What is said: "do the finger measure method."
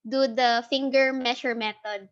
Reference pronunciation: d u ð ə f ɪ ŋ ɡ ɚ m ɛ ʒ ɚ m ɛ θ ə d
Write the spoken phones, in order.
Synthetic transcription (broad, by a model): d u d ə f ɪ ŋ ɡ ɚ m ɛ ʃ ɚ m ɛ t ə d